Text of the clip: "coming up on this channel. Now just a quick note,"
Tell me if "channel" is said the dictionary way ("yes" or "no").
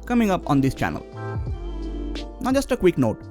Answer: yes